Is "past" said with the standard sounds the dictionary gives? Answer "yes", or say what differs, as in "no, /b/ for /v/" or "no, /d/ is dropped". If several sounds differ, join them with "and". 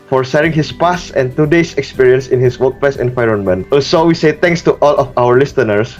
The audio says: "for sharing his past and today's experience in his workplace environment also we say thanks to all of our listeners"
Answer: no, /t/ is dropped